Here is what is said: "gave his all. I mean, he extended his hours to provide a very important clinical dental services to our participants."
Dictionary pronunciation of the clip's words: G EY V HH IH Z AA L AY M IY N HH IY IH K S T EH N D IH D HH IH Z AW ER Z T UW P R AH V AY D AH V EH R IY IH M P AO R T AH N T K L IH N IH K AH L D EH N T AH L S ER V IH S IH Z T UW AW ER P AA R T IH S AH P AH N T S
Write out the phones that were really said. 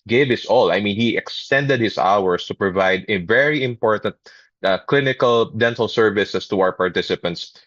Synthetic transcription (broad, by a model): G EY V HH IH S AA L AY M IY N HH IY IH K S T EH N D IH D HH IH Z AW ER S T UW P R AH V AY D AH V EH R IY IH M P AO R T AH N T K L IH N IH K AH L D EH N T AH L S ER V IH S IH S T UW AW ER P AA R T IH S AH P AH N T S